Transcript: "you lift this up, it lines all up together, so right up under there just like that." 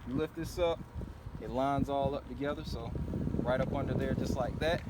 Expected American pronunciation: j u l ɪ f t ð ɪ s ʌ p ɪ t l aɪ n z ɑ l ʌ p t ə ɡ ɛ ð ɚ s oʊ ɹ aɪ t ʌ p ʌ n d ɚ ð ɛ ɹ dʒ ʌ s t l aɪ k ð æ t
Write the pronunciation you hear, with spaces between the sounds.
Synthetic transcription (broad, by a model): j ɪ l ɪ f t ð ɪ s ʌ p ɪ t l aɪ n z ɑ l ʌ p t ə ɡ ɛ ð ɚ s oʊ ɹ aɪ t ʌ p ʌ n d ɚ ð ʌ ɹ dʒ ʌ s t l aɪ k ð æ t